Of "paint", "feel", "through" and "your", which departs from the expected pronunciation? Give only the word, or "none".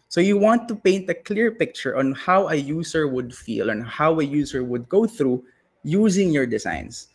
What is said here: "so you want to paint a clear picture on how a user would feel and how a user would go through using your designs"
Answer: none